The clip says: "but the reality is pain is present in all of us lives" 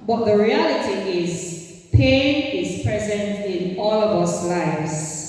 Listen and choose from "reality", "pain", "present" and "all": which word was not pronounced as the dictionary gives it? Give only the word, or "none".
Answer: none